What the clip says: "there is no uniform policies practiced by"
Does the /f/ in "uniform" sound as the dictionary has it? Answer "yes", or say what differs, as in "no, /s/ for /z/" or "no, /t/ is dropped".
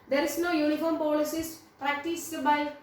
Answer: yes